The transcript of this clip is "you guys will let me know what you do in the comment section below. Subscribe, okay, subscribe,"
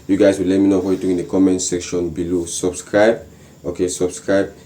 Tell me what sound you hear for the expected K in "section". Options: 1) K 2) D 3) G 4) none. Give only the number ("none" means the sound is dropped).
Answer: 1